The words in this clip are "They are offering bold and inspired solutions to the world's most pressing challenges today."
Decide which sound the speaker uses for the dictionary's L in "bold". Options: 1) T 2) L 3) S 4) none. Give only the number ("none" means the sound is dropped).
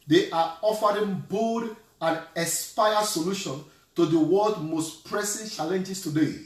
4